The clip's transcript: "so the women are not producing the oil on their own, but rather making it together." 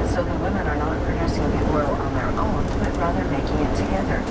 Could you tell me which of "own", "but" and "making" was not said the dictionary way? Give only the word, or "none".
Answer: none